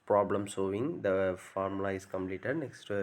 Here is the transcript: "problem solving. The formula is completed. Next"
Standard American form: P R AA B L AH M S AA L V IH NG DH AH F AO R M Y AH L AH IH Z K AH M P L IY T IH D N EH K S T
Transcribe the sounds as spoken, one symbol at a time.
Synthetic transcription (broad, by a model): P R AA B L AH M S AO V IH NG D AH F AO R M L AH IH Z K AH M P L IY T IH D N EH K S T